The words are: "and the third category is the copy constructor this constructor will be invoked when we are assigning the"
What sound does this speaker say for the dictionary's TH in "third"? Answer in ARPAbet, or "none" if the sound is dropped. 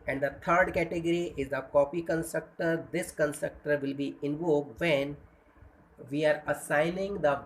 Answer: T